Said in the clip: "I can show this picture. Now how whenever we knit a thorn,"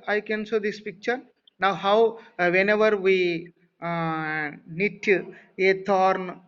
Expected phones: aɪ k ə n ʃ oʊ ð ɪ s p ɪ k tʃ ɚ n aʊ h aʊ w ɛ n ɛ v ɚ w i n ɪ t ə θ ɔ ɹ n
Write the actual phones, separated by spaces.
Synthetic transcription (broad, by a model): aɪ k ə n s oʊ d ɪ s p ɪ k tʃ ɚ n aʊ h aʊ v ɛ n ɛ v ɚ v i n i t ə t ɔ ɹ n